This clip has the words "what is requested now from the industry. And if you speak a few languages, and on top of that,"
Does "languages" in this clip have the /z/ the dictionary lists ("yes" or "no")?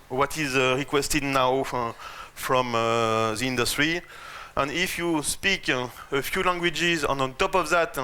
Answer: yes